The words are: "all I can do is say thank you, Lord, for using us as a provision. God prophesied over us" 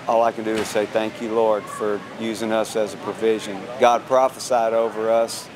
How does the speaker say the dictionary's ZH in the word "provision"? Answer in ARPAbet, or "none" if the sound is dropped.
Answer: ZH